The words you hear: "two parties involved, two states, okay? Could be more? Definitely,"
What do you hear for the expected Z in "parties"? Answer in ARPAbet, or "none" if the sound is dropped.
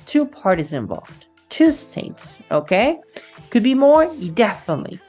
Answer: Z